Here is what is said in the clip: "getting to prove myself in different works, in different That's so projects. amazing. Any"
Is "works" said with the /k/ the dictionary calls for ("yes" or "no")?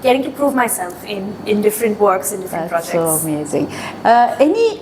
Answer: yes